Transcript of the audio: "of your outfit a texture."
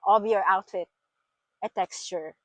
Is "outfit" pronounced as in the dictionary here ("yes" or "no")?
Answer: yes